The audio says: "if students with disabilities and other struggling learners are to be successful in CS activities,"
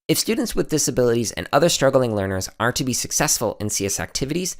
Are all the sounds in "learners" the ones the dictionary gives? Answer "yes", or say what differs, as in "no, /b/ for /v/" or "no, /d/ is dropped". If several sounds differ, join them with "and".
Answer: yes